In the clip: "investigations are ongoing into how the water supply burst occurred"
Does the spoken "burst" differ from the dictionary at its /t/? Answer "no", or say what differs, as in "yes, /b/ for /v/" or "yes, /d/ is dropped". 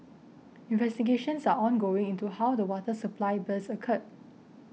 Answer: yes, /t/ is dropped